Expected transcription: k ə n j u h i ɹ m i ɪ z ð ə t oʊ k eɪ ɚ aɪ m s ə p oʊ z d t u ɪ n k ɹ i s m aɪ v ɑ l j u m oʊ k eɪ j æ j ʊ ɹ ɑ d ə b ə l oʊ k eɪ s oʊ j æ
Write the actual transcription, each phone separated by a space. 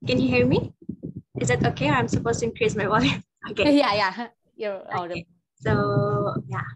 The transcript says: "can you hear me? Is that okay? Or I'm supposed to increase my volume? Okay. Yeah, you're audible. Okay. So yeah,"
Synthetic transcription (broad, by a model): k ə n j u h i ɹ m i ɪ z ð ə t oʊ k eɪ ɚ aɪ m s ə p oʊ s t u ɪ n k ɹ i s m aɪ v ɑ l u oʊ k eɪ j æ j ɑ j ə ə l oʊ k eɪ s oʊ j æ